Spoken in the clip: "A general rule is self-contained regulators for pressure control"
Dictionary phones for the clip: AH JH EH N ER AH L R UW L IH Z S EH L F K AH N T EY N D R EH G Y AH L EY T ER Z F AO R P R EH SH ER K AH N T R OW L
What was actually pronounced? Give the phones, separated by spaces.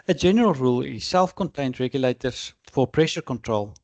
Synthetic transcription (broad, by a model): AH JH EH N ER AH L R UW L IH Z S EH L F K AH N T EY N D R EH G Y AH L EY T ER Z F AO R P R EH SH ER K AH N T R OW L